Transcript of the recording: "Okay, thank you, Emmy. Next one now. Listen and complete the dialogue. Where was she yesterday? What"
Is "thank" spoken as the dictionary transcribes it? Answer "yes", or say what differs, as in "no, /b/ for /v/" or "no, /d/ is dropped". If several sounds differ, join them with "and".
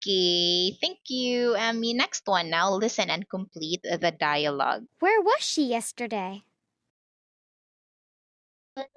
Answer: yes